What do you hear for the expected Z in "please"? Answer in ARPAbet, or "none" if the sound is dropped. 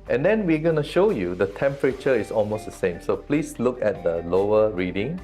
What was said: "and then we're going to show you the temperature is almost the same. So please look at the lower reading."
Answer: S